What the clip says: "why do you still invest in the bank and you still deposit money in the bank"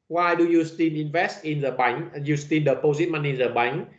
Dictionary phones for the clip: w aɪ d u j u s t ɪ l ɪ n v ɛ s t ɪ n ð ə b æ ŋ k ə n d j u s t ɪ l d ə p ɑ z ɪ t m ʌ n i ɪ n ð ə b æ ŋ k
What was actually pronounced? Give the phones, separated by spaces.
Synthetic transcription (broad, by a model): w aɪ d u j u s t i n ɪ n v ɛ s t ɪ n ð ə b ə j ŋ j u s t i n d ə p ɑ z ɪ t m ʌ n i n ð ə b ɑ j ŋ